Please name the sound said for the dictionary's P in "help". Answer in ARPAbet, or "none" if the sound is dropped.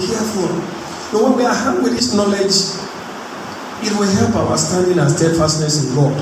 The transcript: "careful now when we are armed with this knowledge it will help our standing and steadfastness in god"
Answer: P